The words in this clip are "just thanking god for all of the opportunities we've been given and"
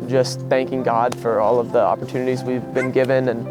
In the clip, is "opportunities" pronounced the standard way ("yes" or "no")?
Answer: yes